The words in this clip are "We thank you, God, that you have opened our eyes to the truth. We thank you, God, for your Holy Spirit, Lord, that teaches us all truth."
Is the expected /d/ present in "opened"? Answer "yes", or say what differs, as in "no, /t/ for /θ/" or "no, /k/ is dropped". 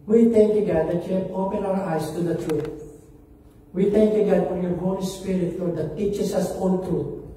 no, /d/ is dropped